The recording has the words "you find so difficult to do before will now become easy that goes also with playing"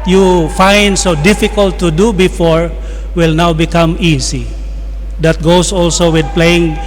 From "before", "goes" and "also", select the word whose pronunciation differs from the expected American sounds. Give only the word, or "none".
goes